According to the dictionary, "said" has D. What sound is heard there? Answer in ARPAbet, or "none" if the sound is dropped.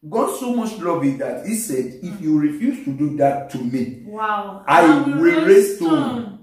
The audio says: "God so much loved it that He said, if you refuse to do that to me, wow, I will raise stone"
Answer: D